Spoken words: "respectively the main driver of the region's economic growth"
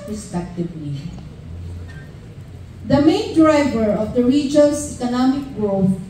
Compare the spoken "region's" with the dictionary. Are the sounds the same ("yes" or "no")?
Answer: no